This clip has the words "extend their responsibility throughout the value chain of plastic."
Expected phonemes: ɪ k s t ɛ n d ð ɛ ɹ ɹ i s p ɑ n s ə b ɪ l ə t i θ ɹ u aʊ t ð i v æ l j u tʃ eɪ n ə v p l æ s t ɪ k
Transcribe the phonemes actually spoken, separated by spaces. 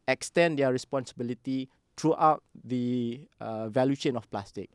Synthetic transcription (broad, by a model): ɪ k s t ɛ n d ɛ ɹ ɹ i s p ɑ n s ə b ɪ l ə t i t ɹ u aʊ t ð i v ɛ l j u ʃ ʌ n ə f p l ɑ s t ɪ k